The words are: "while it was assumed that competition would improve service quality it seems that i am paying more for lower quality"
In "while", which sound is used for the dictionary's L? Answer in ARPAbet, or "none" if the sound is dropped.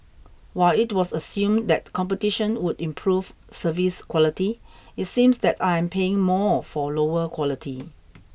L